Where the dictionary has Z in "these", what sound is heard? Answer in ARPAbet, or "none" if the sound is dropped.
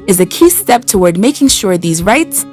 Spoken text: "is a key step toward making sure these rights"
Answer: Z